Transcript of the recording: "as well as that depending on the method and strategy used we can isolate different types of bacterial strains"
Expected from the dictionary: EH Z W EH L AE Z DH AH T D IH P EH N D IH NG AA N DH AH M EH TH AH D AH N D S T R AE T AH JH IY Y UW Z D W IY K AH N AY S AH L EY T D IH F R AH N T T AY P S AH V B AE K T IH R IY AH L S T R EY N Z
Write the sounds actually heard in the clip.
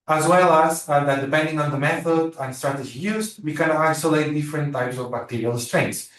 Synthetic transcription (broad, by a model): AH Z W EH L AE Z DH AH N D IH P EH N D IH NG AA N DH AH M EH TH AH D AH N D S T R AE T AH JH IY Y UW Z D W IY K AH N AY S AH L EY T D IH F R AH N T T AY P S AH V B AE K T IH R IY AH L S T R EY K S